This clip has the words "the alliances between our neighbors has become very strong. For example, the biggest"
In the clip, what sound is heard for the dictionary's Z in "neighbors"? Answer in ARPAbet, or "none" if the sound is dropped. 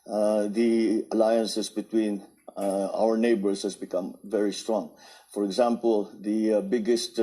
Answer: S